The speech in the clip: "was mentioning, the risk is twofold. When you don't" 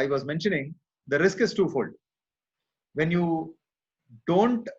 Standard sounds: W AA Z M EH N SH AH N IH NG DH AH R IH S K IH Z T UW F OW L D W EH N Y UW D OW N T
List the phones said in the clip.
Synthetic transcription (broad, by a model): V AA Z M EH N SH AH N IH NG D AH R IH S K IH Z T UW F OW L D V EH N Y UW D OW N T